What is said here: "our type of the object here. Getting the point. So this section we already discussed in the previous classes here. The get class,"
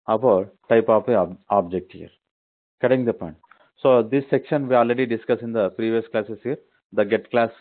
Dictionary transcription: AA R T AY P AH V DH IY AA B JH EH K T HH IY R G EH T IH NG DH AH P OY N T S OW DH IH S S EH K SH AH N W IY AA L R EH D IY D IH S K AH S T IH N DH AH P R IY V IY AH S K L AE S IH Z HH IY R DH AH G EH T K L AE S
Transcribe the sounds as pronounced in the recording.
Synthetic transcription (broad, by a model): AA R T AY P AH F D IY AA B JH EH K T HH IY R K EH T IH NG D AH P OY N T S OW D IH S S EH K SH AH N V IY AA L R EH D IY D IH S K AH S IH N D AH P R IY V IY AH S K L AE S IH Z HH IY R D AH G EH T K L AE S